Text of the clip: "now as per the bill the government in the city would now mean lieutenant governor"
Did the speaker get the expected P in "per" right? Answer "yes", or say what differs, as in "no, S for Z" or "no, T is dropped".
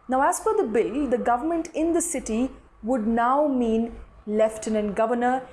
no, F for P